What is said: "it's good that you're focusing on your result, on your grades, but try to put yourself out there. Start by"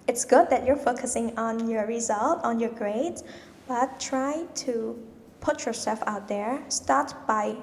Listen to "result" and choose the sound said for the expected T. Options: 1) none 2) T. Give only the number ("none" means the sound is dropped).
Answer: 2